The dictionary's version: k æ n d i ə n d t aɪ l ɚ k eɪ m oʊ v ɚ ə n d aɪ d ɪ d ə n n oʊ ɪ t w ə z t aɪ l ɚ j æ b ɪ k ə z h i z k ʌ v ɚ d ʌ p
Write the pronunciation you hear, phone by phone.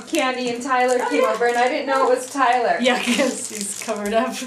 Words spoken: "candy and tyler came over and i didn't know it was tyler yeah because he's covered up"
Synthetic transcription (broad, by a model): k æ n d i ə n t aɪ l ɚ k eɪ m oʊ v ɚ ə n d aɪ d ɪ d n n oʊ ɪ t w ə z t aɪ l ɚ j æ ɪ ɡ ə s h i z k ʌ v ɚ d ʌ p